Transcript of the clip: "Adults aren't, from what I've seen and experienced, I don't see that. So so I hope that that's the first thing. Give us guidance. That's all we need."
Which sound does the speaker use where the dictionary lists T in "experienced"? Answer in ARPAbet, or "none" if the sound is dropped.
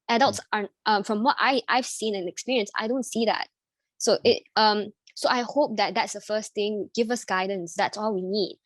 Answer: none